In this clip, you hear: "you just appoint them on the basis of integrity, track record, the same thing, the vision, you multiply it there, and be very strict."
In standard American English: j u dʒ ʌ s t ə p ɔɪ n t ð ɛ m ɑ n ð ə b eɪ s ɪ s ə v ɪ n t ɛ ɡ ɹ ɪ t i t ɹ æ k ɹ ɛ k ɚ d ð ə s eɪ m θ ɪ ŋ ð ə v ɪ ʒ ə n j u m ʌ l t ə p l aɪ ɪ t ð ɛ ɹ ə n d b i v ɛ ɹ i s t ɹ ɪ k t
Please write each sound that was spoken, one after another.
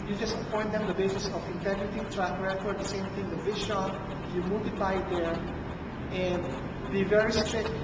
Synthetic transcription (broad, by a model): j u dʒ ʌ s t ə p ɔɪ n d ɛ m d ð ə b eɪ s ɪ s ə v ɪ n t ɛ ɡ ɹ ɪ t i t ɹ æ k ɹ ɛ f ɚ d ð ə s eɪ m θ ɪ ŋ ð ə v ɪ ʃ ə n j u m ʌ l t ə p l aɪ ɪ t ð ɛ ɹ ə n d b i v ɛ ɹ i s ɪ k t